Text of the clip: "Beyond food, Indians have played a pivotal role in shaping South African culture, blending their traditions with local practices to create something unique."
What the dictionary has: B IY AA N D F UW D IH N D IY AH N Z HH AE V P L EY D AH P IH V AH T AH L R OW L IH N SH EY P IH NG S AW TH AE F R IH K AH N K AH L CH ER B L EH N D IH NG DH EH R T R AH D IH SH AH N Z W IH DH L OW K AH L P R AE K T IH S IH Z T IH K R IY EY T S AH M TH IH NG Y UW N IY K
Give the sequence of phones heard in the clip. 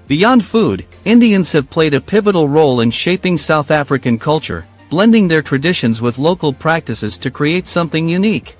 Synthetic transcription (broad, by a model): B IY AA N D F UW D IH N D IY AH N Z HH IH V P L EY D AH P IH V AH T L R OW L IH N SH EY P IH NG S AW TH AE F R IH K AH N K AH L CH ER B L EH N D IH NG DH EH R T R AH D IH SH AH N Z W IH DH L OW K L P R AE K T IH S IH Z T IH K R IY EY T S AH M TH IH NG Y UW N IY K